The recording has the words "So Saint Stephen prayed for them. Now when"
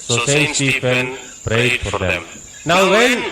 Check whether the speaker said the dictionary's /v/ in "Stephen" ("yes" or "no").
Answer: no